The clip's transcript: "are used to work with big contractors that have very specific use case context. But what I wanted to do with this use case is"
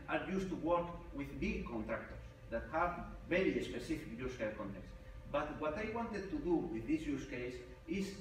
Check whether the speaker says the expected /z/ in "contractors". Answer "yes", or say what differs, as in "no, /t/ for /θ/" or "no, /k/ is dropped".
no, /s/ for /z/